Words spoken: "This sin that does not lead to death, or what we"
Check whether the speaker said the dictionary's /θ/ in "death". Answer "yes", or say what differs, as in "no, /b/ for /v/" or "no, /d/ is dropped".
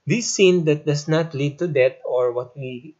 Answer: no, /t/ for /θ/